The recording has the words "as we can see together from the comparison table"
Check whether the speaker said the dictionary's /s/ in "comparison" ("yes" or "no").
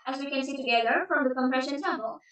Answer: no